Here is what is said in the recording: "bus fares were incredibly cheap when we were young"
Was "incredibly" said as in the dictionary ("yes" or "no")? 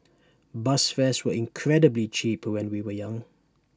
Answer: yes